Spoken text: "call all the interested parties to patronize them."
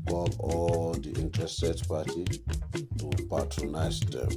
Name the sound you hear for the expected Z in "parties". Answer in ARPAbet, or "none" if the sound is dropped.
none